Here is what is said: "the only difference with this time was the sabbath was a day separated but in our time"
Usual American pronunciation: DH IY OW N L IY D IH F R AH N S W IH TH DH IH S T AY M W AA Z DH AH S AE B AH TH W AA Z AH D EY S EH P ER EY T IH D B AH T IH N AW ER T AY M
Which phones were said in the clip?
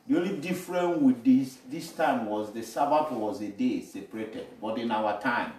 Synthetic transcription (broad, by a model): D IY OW L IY D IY F R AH N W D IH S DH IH S T AY M W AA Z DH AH S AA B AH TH W AA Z AH D EY S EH P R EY T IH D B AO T IH N AW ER T AY M